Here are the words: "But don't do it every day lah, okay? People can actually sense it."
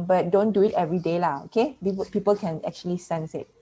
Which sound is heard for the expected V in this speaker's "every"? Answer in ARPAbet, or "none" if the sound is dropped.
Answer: V